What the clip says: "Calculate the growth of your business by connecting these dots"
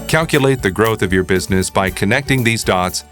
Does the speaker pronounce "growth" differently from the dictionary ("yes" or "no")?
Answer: no